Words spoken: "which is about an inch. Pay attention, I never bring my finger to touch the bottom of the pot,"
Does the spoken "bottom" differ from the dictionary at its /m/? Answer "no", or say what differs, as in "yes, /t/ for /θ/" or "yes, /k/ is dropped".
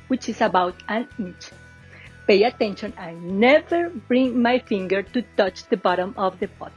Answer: no